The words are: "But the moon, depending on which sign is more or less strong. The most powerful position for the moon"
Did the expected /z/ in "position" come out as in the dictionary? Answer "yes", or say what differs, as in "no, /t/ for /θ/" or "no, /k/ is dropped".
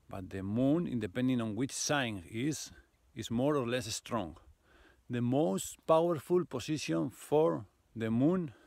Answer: no, /s/ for /z/